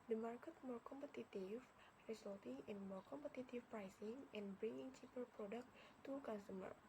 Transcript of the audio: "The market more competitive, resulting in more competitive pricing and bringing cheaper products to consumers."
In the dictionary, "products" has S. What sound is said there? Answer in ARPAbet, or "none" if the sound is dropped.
none